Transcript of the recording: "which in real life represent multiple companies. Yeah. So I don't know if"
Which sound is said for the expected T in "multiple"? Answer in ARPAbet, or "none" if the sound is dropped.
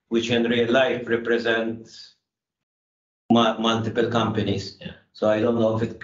T